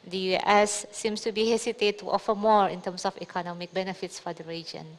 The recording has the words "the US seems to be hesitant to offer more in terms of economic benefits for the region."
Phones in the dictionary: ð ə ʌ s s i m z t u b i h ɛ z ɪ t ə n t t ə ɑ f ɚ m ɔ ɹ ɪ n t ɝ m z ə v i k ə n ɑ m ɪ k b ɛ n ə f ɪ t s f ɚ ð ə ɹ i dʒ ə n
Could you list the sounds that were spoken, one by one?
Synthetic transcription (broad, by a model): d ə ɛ s s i m s t u b i h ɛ s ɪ t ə t t ɑ f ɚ m ɔ ɹ ɪ n t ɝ m s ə f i k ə n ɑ m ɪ k b ɛ n ə f ɪ t s f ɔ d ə ɹ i dʒ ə n